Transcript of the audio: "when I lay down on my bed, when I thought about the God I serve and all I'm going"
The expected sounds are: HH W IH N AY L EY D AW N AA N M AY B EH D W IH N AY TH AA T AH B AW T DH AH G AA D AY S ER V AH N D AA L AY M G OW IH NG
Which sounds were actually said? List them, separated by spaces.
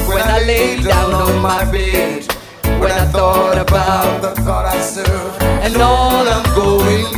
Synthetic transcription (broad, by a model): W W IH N AY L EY D AW N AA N M AY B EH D W IH N AY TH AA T AH B AW T DH AH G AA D AY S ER AH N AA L AY M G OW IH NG